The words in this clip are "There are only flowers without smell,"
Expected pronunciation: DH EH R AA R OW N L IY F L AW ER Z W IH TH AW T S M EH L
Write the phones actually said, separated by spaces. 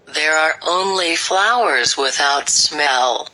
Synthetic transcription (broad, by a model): DH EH R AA R OW N L IY F L AW ER Z W IH TH AW T S M EH L